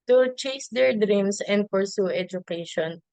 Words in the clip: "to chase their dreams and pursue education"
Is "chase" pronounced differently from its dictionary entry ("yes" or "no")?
no